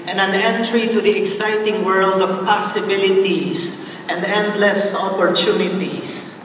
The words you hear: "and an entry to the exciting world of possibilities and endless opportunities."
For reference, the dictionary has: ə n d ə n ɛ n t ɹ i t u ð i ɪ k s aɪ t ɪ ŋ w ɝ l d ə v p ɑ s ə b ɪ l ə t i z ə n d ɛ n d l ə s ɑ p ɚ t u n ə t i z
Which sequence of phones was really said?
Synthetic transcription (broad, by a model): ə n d ə n ɛ n t ɹ i t u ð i ɪ k s aɪ t ɪ ŋ w ɝ l d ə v p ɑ s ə b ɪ l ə t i s ə n d ɛ n d l ə s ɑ p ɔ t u n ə t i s